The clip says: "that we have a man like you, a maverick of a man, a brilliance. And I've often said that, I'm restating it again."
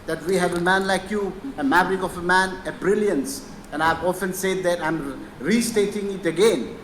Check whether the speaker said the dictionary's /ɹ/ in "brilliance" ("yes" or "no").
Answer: yes